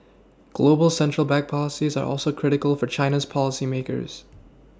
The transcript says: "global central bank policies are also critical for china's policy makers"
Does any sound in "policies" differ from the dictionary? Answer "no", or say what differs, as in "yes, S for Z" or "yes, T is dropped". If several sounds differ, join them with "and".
no